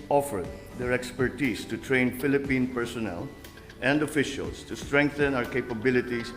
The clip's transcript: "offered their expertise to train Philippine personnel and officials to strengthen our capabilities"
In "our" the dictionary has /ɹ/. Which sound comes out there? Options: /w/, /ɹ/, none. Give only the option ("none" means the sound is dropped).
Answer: /ɹ/